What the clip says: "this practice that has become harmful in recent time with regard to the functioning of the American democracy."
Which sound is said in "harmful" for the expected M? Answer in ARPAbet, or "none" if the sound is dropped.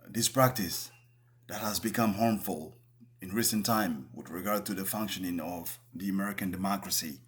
M